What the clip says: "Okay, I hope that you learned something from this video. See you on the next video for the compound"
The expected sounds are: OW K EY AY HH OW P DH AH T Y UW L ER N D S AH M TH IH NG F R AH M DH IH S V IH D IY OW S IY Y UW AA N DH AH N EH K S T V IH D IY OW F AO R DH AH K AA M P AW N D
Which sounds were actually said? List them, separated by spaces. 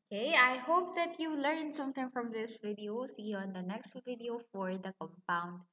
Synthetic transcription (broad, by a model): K EY AY HH OW P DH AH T Y UW L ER N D S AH M T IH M F R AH M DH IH S V IH D IY OW S IY AA N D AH N EH K S T V IH D IY OW F AO R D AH K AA M P AW N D